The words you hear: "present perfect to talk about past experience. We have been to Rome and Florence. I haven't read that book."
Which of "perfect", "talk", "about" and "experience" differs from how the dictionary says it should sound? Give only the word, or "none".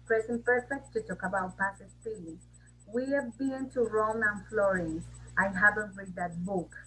experience